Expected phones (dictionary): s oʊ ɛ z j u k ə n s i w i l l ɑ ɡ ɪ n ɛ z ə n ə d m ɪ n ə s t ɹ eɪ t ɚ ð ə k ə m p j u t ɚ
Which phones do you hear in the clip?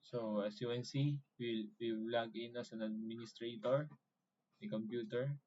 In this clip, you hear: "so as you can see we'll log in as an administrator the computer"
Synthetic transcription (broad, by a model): s oʊ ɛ s j u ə n s i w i w l ɑ ɡ ɪ n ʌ s ə n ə d m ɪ n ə s t ɹ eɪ t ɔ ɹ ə k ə m p j u t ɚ